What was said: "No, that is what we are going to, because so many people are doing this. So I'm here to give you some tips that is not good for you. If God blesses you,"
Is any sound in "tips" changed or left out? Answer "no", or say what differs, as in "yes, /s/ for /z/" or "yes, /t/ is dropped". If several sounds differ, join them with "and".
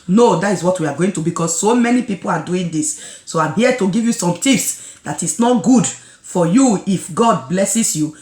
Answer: yes, /f/ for /p/